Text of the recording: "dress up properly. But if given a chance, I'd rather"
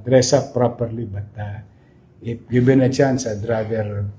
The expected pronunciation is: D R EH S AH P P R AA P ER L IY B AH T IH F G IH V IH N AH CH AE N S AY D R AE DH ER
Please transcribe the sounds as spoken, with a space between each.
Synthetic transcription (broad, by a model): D R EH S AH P P R AA P ER L IY B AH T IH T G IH B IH N AH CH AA N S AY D R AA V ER